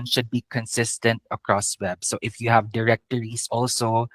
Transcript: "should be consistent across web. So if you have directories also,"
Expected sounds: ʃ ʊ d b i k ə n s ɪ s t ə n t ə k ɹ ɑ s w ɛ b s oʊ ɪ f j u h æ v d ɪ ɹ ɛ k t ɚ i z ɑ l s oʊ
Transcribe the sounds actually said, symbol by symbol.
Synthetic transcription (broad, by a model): ʃ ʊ d b i k ə n s ɪ s t ə n t ə k ɹ ɑ s w ɛ b s oʊ ɪ f j u h æ v d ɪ ɹ ɛ k t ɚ i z ɑ l s oʊ